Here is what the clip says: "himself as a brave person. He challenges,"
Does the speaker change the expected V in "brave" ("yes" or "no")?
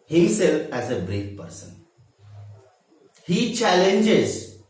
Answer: yes